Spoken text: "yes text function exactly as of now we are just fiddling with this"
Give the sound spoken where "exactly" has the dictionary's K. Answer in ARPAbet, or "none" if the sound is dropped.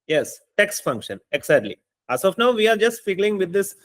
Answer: none